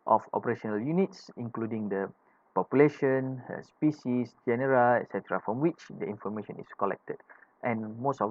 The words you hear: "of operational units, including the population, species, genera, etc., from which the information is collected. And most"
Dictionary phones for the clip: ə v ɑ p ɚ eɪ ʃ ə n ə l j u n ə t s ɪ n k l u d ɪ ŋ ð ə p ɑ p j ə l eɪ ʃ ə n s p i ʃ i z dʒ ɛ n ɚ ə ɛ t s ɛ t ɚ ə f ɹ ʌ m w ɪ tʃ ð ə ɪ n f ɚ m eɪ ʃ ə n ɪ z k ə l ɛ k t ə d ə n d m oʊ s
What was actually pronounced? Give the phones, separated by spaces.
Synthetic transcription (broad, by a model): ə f ɑ p ɚ eɪ ʃ ə n ə l j u n ə t s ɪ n k l u d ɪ ŋ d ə p ɑ p j ə l eɪ ʃ ə n s p i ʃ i s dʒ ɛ n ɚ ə ɛ t s ɛ t ɚ ə f ɹ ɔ m w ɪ tʃ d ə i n f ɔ m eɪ ʃ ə n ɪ s k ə l ɛ k t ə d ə n m oʊ s